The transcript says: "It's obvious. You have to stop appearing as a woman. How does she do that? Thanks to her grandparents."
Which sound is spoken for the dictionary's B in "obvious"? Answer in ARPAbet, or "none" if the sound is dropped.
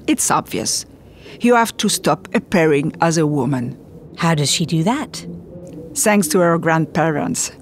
B